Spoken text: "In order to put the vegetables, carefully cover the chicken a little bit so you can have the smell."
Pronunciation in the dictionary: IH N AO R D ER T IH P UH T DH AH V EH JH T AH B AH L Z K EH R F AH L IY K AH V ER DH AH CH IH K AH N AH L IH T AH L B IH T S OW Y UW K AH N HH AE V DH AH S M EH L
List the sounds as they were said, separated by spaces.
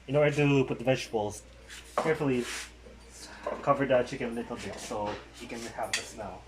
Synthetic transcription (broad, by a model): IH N AO R D ER T IH P UH T DH AH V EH SH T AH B L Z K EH R F L IY K AH V ER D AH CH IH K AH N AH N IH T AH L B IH S OW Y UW K AH N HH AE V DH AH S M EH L